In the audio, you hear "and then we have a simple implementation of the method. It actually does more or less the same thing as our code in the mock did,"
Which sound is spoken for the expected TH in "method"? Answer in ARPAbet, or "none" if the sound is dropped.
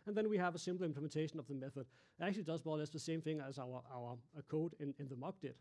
TH